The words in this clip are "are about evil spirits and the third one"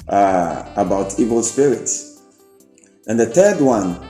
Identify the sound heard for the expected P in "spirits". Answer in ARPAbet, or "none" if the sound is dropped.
P